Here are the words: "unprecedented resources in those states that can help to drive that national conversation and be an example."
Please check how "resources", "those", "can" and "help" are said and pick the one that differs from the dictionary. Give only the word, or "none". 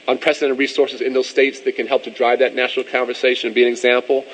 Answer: none